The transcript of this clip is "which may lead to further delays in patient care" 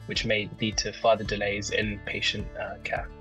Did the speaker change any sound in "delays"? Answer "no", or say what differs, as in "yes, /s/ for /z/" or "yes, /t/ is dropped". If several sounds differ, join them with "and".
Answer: no